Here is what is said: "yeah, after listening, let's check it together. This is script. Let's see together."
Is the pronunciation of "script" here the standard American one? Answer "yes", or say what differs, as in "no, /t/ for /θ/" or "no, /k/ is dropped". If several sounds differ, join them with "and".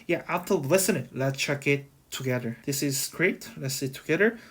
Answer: no, /p/ is dropped